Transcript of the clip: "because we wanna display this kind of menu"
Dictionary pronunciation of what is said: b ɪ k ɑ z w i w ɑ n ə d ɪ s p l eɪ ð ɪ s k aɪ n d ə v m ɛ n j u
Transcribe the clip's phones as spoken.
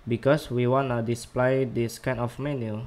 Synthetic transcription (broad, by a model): b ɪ k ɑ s w i w ɑ n ə d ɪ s p l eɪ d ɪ s k aɪ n ə f m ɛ n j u